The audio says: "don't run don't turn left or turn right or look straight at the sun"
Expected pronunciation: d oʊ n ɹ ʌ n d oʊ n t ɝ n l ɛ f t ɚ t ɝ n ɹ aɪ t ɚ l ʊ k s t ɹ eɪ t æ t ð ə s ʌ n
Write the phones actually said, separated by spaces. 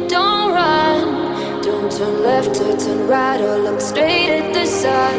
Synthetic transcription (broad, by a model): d oʊ n ɹ ʌ n d oʊ n t ɝ n l ɛ f t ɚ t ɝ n ɹ aɪ t ɚ l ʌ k s t ɹ eɪ t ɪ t ð ə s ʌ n